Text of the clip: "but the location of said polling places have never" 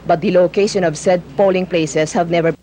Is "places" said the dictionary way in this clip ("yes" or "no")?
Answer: no